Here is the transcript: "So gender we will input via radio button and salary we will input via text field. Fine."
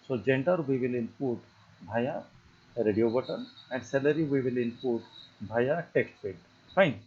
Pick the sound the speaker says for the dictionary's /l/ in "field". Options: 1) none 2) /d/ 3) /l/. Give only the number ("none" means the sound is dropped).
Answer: 1